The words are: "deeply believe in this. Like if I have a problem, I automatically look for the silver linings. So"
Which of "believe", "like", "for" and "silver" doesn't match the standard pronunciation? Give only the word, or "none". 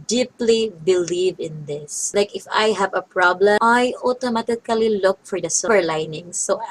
silver